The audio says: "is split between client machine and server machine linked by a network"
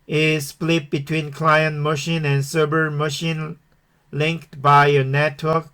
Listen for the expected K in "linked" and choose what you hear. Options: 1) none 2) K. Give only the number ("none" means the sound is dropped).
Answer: 2